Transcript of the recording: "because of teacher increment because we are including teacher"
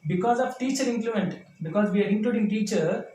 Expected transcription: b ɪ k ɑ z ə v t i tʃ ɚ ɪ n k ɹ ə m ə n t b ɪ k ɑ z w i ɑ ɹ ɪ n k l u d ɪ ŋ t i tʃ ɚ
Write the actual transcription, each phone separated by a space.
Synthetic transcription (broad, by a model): b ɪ k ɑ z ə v t i tʃ ɚ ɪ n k l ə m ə n t b ɪ k ɑ z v i ɑ ɹ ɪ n k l u d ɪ ŋ t i tʃ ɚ